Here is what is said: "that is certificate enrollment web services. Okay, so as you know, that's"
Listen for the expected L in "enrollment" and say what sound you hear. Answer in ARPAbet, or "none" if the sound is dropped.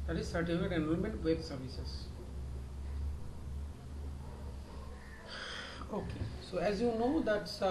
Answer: N